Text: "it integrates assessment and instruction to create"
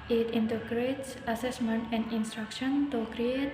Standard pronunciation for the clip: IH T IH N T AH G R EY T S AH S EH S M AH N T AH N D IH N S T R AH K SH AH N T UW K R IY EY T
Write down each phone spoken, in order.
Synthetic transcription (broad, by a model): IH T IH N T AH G R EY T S AH S EH S M AH N T AH N D IH N S T R AH K SH AH N T UW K R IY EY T